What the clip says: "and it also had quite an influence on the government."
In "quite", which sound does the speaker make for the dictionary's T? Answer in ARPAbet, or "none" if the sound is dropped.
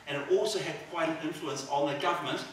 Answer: none